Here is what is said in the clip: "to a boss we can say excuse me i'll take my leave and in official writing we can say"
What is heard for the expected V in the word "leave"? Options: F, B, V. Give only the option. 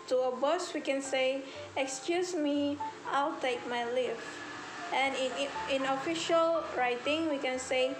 F